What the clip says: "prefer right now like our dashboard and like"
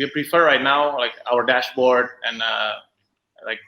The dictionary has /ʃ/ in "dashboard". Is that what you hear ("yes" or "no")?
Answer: yes